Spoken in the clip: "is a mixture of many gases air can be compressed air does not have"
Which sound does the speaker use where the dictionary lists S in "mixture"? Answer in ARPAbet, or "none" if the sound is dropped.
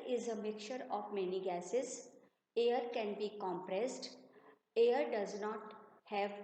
none